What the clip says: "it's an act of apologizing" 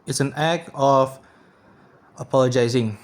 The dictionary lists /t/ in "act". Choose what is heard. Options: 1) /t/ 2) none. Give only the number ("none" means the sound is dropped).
2